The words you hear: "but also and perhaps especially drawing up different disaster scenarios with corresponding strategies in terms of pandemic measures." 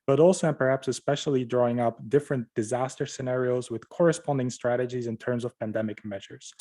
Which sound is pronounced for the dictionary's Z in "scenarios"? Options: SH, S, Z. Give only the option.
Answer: Z